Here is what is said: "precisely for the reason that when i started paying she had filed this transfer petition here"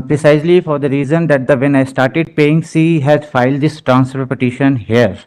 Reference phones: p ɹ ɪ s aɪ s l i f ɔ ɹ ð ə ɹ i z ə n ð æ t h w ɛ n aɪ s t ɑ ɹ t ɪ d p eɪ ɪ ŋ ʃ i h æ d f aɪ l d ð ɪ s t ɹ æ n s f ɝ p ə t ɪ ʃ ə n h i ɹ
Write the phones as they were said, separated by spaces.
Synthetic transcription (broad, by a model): p ɹ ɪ s aɪ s l i f ɔ ɹ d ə ɹ i z ə n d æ t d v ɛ n aɪ s t ɑ ɹ t ɪ d p eɪ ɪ ŋ s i h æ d f aɪ l d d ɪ s t ɹ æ n s p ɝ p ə t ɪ ʃ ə n h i ɹ